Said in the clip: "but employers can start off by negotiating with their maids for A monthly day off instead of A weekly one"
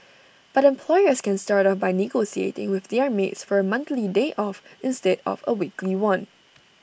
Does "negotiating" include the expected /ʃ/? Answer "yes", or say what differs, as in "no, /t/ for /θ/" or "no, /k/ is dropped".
no, /s/ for /ʃ/